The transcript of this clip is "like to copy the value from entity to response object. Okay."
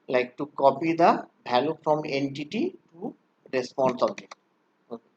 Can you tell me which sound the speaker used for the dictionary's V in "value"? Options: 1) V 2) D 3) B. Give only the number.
3